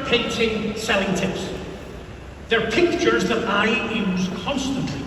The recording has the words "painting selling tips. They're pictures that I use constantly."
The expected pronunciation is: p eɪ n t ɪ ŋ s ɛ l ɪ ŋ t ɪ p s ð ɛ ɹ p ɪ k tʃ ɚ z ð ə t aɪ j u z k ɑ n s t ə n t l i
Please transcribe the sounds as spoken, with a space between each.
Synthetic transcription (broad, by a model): p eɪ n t ɪ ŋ s ɛ l ɪ ŋ t ɪ p s ð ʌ ɹ p ɪ k tʃ ɚ z ð ə t aɪ j u z k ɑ n s t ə n t l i